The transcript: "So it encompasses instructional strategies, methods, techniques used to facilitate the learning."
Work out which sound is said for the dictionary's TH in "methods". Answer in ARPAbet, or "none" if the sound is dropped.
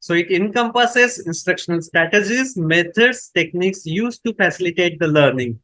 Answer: T